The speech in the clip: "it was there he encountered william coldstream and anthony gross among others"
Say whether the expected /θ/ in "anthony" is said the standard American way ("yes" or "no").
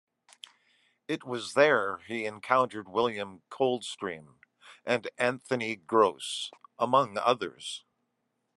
yes